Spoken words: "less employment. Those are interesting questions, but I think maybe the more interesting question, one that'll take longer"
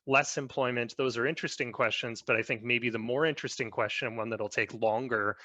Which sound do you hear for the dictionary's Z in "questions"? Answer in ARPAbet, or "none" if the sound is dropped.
Z